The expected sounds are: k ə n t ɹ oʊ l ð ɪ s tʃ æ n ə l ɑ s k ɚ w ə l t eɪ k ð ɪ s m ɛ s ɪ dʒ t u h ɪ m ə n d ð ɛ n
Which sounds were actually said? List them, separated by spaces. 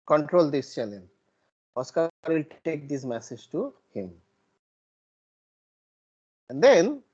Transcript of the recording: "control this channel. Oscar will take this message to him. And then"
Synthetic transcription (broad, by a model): k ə n t ɹ oʊ l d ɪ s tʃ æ l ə n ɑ s k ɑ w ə l t eɪ k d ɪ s m ɛ s ɪ dʒ t u h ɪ m ə n d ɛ n